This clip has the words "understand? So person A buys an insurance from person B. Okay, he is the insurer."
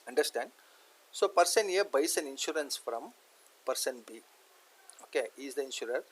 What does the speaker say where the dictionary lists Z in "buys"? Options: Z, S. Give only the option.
S